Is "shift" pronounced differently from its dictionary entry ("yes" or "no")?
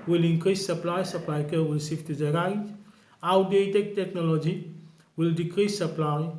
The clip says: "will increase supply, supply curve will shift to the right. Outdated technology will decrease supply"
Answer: yes